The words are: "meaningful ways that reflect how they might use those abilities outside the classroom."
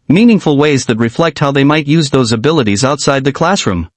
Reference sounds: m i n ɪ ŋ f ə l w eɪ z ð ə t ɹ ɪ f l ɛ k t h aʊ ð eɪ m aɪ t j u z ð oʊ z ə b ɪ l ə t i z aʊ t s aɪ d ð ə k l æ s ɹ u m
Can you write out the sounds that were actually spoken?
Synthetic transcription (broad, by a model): m i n ɪ ŋ f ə l w eɪ z ð ə t ɹ ɪ f l ɛ k t h aʊ ð eɪ m aɪ t j u z ð oʊ z ə b ɪ l ə t i z aʊ t s aɪ d ð ə k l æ s ɹ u m